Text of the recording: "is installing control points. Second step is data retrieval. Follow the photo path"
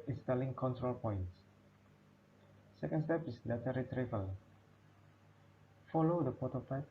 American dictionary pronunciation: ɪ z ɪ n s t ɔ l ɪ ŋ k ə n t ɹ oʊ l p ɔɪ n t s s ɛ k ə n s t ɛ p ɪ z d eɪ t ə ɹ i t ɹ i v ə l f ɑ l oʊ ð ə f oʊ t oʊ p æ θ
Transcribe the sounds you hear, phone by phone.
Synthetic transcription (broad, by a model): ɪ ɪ n s t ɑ l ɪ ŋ k ə n t ɹ oʊ l p ɔɪ n t s s ɛ k ə n s t ɛ p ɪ s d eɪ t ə ɹ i t ɹ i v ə l f ɑ l oʊ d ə p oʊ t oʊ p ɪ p